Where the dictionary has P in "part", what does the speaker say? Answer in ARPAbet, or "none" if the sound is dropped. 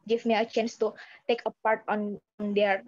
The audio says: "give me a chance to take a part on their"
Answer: P